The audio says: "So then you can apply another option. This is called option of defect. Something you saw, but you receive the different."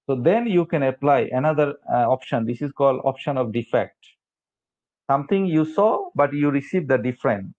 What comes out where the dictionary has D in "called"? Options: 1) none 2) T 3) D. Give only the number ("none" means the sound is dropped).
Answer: 3